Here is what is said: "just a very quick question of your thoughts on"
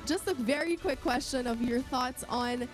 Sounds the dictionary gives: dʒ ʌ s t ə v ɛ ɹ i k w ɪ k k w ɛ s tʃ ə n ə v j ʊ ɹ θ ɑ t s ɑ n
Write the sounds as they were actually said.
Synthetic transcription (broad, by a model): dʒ ʌ s t ə v ɛ ɹ i k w ɪ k k w ɛ s tʃ ə n ə v j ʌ ɹ θ ɑ t s n